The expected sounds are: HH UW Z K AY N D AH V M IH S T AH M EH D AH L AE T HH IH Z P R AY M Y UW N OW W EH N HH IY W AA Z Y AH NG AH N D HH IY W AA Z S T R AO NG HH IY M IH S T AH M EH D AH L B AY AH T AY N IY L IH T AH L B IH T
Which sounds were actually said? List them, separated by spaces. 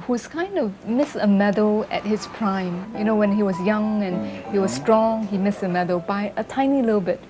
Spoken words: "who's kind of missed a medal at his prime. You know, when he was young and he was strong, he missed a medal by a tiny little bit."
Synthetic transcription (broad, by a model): HH UW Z K AY N D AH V M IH S AH M EH D AH L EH T HH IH S P R AY M Y UW N OW W EH N HH IY W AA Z Y AH NG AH N HH IY W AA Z S T R AO NG HH IY M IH S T AH M EH D AH L B AY AH T AY N IY L IH T AH L B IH T